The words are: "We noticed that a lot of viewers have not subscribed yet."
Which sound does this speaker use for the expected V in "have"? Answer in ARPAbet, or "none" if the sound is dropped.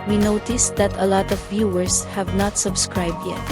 V